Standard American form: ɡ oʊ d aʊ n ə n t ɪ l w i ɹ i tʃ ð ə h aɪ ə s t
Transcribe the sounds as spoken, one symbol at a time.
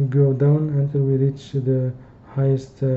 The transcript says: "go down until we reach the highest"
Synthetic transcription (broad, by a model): ɡ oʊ d aʊ n ə n t ɪ l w i ɹ i tʃ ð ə h aɪ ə s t